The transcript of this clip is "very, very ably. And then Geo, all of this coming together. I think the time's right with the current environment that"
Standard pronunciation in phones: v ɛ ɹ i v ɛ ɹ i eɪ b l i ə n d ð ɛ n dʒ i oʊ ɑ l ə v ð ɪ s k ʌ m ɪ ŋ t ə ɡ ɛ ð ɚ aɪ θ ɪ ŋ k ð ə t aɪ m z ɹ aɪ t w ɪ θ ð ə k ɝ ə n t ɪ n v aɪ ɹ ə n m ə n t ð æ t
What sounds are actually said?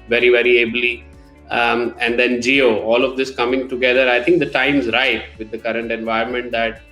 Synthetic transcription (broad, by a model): v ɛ ɹ i v ɛ ɹ i eɪ b l i ə n d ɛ n dʒ i oʊ ɑ l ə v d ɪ s k ʌ m ɪ ŋ t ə ɡ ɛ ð ɚ aɪ t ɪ ŋ k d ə t aɪ m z ɹ aɪ t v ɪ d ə k ɝ ə n t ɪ n v aɪ ə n m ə n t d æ t